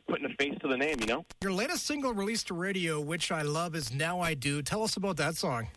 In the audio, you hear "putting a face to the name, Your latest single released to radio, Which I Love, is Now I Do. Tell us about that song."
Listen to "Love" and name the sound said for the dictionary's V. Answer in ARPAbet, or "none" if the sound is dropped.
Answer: V